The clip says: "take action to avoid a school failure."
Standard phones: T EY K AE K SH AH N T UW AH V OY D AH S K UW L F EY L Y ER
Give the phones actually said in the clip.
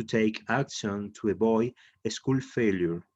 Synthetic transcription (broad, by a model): T EY K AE K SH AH N T UW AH B OY AH S K UW L F EY L Y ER